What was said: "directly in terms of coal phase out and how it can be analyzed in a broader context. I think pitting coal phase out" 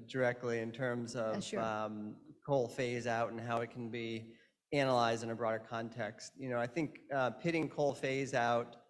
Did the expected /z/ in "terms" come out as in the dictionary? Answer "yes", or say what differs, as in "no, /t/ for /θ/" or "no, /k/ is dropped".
yes